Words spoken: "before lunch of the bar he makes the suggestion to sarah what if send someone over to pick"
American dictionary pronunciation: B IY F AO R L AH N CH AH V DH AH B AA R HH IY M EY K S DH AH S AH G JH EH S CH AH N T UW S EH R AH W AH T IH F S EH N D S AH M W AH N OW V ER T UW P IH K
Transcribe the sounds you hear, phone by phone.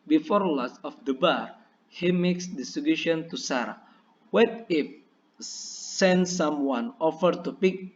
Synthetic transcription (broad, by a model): B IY F AO R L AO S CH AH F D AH B AA R HH IY M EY K S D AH S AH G UW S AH N T UW S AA R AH W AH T IH F S EH N D S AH M W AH N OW F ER T UW P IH K